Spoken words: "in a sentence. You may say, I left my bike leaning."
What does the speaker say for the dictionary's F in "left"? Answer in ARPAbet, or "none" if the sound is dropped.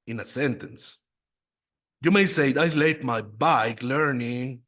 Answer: none